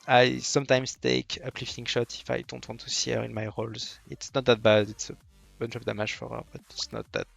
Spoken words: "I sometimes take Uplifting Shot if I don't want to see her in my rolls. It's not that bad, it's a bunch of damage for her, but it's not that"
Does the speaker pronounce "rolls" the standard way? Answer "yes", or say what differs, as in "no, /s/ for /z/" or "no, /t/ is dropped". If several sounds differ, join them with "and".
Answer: yes